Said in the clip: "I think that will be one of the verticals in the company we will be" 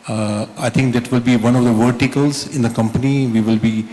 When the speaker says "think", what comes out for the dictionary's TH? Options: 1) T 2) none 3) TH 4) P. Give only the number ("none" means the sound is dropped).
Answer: 1